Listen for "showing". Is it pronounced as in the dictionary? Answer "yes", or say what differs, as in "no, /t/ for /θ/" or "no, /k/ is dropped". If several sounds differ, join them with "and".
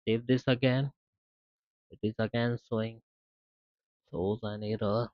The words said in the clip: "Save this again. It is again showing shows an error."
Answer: no, /s/ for /ʃ/